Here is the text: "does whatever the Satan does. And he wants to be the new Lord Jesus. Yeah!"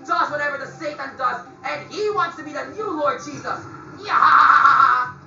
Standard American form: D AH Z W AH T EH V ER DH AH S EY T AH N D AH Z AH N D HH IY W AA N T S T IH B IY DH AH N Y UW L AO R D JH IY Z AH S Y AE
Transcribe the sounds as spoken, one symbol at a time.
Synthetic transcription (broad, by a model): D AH Z W AH T EH V ER DH AH S EY T AH N D AH Z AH N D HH IY W AA N T S T IH B IY DH AH N Y UW L AO R D JH IY Z AH S Y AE